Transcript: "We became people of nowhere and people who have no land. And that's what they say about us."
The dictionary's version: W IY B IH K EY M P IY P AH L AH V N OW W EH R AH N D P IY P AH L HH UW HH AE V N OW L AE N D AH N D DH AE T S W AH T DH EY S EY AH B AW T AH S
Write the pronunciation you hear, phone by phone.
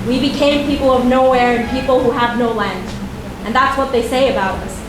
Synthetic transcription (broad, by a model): W IY B IH K EY M P IY P L AH V N OW W EH R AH N P IY P L HH UW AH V N OW L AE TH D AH N DH AE T S W AH T DH EY S EY AH B AW T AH S